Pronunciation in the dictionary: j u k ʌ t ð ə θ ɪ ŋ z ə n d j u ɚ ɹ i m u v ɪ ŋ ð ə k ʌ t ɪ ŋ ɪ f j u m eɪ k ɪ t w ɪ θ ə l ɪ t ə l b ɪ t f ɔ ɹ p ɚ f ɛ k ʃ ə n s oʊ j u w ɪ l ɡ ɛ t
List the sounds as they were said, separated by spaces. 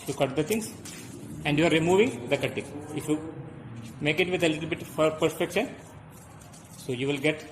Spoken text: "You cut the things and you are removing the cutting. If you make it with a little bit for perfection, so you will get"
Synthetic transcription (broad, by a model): j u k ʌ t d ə t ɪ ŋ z ə n d j u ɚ ɹ i m u v ɪ ŋ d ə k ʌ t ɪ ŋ ɪ f j u m eɪ k ɪ t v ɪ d ə l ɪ t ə l b ɪ t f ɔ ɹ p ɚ p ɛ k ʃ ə n s oʊ j u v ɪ l ɡ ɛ t